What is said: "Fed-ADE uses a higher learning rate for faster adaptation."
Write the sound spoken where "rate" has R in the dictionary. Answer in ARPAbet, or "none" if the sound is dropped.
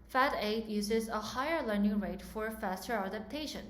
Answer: R